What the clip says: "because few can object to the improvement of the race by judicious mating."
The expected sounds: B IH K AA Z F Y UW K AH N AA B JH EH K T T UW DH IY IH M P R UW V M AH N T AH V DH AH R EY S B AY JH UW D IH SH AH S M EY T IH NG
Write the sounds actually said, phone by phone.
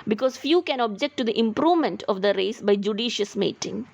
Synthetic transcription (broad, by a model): B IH K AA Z F Y UW K AH N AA B JH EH K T T UW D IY IH M P R UW V M AH N T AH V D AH R EY S B AY JH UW D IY SH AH S M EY T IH NG